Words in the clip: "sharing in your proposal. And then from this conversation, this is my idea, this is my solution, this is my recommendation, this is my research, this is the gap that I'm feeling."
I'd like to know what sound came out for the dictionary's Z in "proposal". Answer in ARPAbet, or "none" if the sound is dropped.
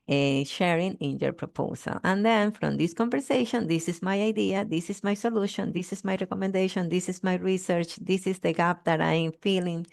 S